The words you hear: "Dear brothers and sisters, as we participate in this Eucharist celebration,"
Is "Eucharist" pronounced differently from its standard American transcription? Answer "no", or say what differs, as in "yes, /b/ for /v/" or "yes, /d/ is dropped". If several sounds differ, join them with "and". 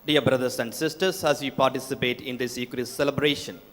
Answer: yes, /s/ is dropped